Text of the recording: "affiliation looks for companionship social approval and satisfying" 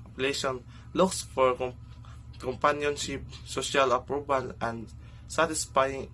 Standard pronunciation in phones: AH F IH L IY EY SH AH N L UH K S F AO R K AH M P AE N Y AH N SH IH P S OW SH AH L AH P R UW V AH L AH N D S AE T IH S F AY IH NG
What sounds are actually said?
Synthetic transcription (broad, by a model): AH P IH L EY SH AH N L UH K S F AO R K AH M P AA N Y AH N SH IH P S OW SH AH L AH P R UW B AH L AH N D S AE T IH S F AY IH NG